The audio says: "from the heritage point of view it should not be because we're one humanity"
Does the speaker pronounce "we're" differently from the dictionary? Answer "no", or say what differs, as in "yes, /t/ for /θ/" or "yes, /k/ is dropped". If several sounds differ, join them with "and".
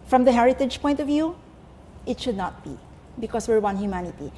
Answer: no